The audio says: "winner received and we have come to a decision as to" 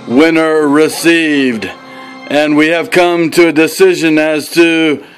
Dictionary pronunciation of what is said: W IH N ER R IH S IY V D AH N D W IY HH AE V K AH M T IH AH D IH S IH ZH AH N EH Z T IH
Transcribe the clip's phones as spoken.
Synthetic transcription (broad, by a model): W IH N ER R IH S IY V D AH N W IY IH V K AH M T IH AH D IH S IH ZH AH N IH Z T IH